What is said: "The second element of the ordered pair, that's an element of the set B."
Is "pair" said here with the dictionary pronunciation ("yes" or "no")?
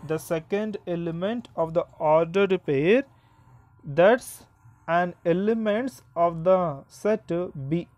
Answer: yes